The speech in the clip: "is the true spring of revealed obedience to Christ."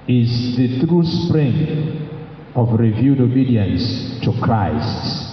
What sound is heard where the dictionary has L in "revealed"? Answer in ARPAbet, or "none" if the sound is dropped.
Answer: none